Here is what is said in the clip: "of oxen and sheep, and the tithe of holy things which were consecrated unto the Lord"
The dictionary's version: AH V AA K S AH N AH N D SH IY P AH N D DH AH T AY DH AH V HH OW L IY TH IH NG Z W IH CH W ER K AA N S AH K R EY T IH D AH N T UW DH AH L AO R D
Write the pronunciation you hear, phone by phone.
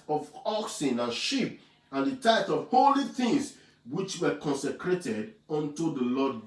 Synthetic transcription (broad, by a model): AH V AA K S AH N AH N SH IY P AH N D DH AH T AY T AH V HH OW L IY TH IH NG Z W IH CH W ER K AA N S AH K R EY T IH D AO N T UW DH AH L AO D